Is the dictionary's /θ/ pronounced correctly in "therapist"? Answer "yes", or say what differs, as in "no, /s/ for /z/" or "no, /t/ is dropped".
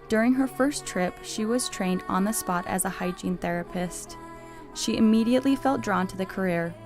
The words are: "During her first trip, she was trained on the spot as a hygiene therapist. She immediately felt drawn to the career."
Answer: yes